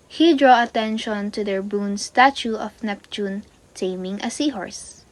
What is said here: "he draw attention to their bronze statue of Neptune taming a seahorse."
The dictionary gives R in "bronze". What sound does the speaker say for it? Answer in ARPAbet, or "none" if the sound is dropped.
none